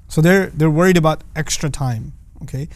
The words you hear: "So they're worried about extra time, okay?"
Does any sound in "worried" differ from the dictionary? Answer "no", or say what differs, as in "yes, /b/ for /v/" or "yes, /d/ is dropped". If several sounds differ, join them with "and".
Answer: no